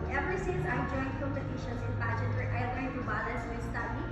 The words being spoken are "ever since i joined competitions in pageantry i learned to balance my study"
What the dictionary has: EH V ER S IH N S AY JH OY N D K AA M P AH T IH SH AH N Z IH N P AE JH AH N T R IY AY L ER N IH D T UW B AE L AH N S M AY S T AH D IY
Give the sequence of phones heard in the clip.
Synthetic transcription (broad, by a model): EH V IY S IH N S AY JH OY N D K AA M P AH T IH SH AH N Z IH N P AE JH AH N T IY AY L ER IH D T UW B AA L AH S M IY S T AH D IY